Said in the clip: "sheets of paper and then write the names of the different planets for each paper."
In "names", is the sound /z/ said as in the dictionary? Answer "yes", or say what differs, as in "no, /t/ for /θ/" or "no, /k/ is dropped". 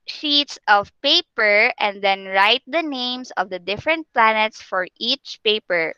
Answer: no, /s/ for /z/